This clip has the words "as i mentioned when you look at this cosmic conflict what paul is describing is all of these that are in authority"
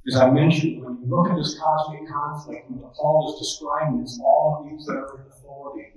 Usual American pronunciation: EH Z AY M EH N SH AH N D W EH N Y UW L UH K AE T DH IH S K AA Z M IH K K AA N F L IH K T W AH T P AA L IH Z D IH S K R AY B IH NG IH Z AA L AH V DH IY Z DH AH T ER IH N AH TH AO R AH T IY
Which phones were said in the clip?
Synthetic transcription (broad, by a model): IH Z AY M EH N SH AH N D W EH N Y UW L UH K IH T DH IH S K AA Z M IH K K AA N F L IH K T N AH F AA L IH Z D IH S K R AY IH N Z AA L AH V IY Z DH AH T ER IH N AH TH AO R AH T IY